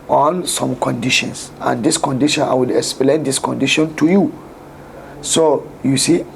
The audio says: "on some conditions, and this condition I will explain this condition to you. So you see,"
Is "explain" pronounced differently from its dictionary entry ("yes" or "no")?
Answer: no